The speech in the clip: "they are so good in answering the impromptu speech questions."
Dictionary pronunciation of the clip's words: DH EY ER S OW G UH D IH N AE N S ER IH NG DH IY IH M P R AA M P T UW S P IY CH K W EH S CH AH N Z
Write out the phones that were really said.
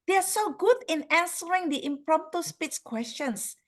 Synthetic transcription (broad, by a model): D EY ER S OW G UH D IH N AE N S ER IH NG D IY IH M P R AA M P T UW S P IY S K W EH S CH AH N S